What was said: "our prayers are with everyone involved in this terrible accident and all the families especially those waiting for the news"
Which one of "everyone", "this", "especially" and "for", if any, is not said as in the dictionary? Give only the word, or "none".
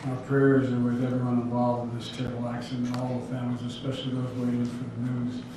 everyone